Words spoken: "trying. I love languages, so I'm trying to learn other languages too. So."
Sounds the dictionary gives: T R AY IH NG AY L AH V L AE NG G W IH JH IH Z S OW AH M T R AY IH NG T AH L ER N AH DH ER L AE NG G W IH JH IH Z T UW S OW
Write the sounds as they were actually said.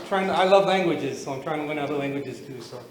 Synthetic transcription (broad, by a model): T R AY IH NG AY L AH V L AE NG G W IH JH IH Z S OW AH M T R AY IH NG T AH W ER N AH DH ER L AE NG G W IH JH IH Z T UW S OW